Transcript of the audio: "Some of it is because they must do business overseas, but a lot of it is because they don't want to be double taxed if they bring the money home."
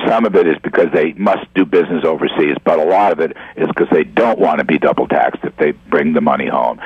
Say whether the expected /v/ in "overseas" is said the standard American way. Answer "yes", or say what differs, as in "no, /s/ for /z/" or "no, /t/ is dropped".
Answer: yes